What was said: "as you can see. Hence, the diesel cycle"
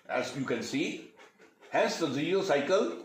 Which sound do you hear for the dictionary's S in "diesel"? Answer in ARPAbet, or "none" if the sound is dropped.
none